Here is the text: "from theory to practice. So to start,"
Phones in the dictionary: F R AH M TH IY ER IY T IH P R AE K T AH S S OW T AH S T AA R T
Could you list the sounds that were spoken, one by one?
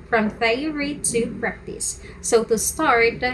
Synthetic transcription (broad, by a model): F R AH M F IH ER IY T IH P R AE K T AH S S OW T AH S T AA R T